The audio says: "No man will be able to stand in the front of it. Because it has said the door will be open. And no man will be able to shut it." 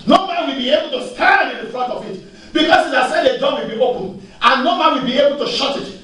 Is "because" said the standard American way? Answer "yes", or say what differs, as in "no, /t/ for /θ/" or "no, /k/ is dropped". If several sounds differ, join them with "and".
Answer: no, /s/ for /z/